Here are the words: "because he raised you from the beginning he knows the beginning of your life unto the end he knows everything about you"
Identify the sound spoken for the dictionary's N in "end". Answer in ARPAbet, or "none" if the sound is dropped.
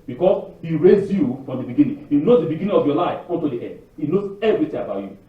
none